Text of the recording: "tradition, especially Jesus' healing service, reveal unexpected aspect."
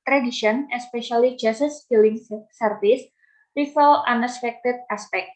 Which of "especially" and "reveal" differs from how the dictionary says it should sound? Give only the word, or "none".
reveal